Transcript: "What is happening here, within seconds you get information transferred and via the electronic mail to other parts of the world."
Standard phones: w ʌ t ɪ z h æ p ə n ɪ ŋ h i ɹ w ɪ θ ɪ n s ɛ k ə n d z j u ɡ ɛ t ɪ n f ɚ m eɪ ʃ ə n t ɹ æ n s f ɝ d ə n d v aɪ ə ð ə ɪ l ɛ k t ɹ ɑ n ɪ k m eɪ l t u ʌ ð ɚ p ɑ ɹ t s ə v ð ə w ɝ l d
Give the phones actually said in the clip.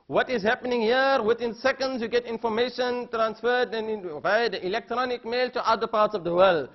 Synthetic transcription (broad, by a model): w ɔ t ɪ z h æ p ə n ɪ ŋ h i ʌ w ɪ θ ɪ n s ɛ k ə n d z j u ɡ ɛ t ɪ n f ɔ m eɪ ʃ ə n t ɹ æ n s f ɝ d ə n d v aɪ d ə ɪ l ɛ k t ɹ ɑ n ɪ k m eɪ l t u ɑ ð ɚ p ɑ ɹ t s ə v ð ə w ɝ l d